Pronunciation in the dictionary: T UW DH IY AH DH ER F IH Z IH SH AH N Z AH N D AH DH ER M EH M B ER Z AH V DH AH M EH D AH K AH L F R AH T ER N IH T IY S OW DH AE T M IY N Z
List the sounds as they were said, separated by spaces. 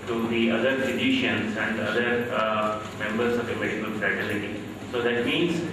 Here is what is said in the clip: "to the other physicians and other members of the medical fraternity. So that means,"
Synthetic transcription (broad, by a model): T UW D IY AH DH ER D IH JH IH SH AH N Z AH N D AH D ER M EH M B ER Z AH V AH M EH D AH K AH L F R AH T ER L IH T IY S OW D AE T M IY N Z